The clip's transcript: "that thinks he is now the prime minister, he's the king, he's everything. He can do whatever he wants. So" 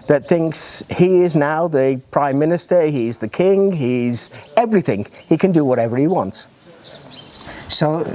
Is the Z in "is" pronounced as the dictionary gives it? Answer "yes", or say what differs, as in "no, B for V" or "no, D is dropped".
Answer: yes